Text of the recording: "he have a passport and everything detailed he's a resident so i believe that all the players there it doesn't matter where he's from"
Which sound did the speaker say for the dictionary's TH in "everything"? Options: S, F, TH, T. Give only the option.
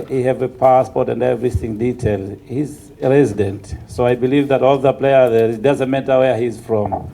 TH